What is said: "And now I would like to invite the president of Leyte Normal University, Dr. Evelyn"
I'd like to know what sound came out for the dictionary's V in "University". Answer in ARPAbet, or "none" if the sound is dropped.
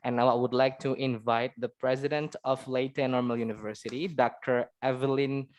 V